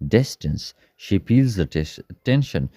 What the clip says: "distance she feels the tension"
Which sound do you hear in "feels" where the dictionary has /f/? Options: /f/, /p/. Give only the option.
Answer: /p/